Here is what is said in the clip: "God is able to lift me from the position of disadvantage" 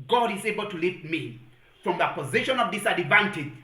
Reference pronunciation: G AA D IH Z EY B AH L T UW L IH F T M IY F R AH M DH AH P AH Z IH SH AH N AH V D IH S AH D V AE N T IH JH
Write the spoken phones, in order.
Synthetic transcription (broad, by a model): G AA D IH Z EY B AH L T UW L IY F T M IY F R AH M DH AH P AH Z IH SH AH N AH V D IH S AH D V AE N T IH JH